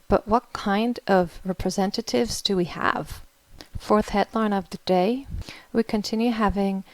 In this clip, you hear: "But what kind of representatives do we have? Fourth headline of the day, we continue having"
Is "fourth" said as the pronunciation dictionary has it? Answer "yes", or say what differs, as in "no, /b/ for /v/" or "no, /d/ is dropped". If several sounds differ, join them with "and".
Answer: yes